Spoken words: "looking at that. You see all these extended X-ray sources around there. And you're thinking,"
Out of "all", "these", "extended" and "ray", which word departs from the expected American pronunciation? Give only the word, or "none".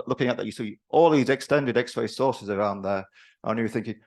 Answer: none